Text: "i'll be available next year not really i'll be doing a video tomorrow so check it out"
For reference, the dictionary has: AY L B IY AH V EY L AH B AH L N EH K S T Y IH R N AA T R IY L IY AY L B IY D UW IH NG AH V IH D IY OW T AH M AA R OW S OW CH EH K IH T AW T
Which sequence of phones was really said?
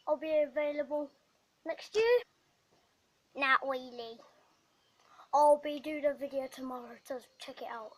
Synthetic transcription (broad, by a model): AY L B IY AH V EY L AH B AH L N EH K S T Y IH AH N AA T W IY L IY AY L B IY D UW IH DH AH V IH D IY OW T AH M AA R OW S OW CH EH K IH T AW T